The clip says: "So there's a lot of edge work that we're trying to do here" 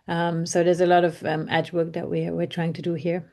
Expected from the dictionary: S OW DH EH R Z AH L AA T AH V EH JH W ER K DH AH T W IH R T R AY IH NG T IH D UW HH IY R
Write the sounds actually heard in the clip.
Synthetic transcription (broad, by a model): S OW DH EH R Z AH L AA T AH V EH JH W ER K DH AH T W IH R T R AY IH NG T IH D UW HH IY R